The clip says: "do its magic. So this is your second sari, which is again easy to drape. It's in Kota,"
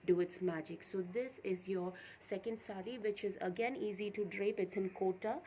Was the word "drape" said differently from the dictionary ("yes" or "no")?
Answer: no